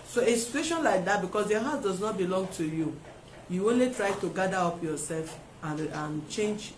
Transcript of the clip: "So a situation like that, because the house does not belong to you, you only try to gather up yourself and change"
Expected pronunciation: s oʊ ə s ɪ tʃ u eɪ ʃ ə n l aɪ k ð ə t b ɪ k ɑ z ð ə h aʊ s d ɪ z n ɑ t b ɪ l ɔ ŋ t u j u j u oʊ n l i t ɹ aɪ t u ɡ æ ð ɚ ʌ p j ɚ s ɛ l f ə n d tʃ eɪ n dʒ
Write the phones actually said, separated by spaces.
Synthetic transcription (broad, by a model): s oʊ ə s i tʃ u eɪ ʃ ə n l aɪ k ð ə t b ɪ k ɑ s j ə h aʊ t d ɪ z n ɑ t b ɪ l ɔ ŋ t u j u j u oʊ n l i t ɹ aɪ t u ɡ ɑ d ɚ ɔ p j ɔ s ɛ l f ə n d tʃ eɪ n dʒ